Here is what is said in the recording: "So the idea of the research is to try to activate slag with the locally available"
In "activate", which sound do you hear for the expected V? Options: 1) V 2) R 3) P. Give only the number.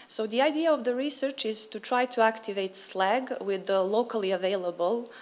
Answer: 1